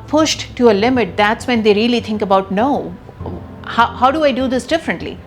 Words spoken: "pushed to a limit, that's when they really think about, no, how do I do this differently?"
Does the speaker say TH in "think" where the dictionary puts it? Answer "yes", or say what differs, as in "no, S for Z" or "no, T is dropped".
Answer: no, T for TH